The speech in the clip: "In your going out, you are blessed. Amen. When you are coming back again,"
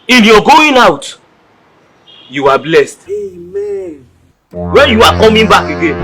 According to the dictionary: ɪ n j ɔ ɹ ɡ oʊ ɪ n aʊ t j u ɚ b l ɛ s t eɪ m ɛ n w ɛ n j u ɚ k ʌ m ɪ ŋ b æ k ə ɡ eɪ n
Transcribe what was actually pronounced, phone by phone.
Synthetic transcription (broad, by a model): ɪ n j ɔ ɡ oʊ ɪ n aʊ t j u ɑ b l ɛ s t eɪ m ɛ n w ɛ n j u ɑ k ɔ m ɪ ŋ b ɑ k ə ɡ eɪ n